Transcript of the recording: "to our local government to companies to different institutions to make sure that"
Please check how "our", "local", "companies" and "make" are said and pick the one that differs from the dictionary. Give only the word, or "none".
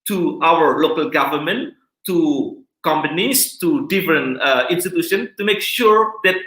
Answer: companies